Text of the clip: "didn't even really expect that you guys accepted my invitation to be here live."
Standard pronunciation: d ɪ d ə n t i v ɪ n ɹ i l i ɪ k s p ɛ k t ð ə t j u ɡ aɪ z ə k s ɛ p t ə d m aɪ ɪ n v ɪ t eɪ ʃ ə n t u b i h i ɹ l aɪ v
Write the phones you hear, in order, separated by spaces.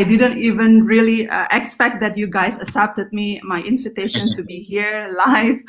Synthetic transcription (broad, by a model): d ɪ d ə n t i v ɪ n ɹ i l i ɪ k s p ɛ k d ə t j u ɡ aɪ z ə s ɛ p t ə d m aɪ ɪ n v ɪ t eɪ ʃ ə n t u b i h i ɹ l aɪ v